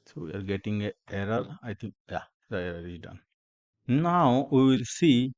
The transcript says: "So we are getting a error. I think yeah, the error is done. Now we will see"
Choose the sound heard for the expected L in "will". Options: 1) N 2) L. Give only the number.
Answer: 2